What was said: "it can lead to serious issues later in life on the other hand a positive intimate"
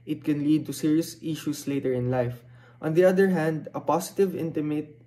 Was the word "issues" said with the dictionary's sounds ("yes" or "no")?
no